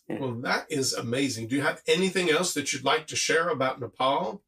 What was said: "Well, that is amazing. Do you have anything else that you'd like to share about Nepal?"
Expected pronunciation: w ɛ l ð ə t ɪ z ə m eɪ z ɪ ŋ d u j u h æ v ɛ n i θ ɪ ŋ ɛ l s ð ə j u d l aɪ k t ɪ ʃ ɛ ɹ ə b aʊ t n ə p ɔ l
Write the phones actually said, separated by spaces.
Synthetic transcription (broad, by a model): w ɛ l ð ə t ɪ z ə m eɪ z ɪ ŋ d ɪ j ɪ v ɛ n i θ ɪ ŋ ɛ l s ð ə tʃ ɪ d l aɪ k t ɪ ʃ ɛ ɹ ə b aʊ t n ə p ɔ l